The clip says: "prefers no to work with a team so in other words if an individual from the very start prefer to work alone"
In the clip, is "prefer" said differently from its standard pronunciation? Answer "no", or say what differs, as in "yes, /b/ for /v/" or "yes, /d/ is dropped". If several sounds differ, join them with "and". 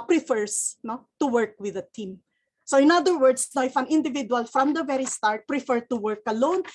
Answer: no